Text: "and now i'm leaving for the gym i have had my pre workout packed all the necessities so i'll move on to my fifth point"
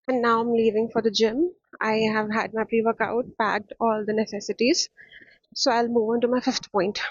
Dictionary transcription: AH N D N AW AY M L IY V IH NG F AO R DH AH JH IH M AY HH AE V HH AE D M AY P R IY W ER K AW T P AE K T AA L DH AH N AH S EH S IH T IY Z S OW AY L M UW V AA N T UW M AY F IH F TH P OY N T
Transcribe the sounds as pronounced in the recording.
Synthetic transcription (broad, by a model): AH N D N AW AY M L IY V IH NG F AO R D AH JH IH M AY HH AE V HH AE D M AY P R IY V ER K AW T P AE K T AA L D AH N AH S EH S IH T IY Z S OW AY L M UW V AA N T UW M AY F IH F T P OY N T